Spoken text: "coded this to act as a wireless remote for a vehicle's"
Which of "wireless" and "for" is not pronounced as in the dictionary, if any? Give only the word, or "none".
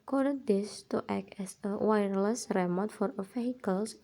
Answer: none